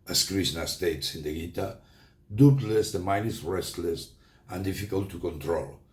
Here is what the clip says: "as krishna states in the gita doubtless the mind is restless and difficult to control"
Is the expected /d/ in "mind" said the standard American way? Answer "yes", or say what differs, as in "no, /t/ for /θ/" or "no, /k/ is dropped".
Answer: no, /d/ is dropped